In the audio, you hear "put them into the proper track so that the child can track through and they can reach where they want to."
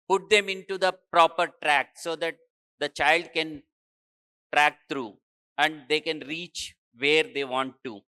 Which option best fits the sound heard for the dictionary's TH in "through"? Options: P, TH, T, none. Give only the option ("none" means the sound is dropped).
T